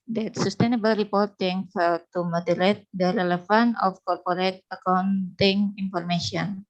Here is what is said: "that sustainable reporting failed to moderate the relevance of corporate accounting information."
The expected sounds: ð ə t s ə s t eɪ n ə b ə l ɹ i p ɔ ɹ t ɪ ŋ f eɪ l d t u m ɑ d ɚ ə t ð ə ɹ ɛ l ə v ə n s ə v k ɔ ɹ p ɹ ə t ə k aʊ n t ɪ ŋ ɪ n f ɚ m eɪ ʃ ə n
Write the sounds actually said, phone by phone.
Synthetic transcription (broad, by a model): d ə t s ə s t eɪ n ə b ə l ɹ i p ɔ ɹ t ɪ ŋ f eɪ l t u m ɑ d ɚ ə t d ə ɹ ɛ l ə f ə n ə f k ɔ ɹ p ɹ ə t ə k aʊ n t ɪ ŋ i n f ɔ m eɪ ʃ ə n